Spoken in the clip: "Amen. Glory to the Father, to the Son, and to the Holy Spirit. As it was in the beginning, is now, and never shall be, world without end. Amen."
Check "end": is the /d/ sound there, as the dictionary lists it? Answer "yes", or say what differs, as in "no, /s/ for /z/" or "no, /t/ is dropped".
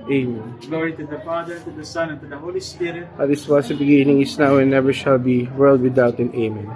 no, /d/ is dropped